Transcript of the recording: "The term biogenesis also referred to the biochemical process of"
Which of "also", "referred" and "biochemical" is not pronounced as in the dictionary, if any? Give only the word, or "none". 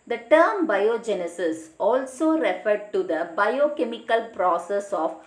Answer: none